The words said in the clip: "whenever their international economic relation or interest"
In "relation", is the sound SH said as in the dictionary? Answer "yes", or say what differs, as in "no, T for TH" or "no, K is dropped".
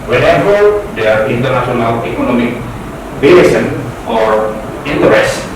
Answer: no, S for SH